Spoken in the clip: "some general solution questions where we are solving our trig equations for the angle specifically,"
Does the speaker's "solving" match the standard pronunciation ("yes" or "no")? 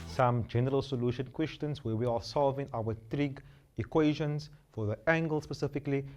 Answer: yes